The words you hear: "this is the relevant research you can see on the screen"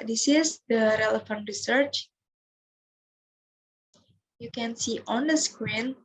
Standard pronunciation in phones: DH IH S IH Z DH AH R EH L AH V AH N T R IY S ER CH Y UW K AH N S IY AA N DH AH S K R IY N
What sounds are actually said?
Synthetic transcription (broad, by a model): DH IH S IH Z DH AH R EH L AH F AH N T R IY S ER CH Y UW K AH N S IY AA N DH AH S K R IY N